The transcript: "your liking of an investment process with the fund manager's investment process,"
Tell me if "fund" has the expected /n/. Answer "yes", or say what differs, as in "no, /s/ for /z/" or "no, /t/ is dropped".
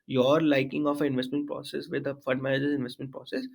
no, /n/ is dropped